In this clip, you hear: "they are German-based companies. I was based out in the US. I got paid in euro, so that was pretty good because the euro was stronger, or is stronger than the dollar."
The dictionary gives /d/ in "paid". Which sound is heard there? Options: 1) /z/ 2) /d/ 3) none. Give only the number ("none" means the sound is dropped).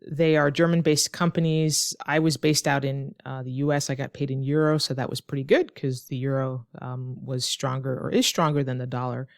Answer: 2